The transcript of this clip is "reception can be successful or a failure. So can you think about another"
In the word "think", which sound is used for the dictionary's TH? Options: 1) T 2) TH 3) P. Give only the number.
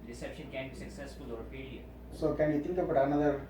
1